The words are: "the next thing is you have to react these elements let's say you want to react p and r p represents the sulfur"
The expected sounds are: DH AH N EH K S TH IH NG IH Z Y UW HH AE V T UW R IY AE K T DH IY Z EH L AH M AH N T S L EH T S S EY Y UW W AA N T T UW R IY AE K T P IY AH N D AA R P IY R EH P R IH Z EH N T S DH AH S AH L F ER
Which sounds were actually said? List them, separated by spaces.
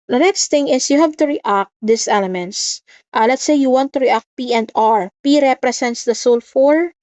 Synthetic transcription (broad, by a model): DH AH N EH K S T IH NG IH S Y UW HH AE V T UW R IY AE K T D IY S EH L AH M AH N T S L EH T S S EY Y UW W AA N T T UW R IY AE K T P IY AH N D AA R P IY R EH P R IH S EH N T S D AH S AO L F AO